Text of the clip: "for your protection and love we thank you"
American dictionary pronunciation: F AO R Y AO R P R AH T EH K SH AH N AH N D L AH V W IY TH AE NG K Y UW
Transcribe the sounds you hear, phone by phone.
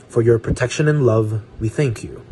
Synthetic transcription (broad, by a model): F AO R Y AO R P R AH T EH K SH AH N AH N L AH V W IY TH AE NG K Y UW